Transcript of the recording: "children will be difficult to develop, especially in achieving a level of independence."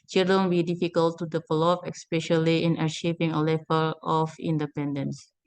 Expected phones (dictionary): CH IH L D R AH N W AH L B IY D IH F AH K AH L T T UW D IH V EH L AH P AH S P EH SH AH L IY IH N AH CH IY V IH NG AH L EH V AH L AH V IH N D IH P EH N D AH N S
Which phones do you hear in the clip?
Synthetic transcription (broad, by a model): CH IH L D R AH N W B IY D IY F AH K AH L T T UW D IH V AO L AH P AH S P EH SH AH L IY IH N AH SH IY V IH NG AH L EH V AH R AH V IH N D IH P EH N D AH N S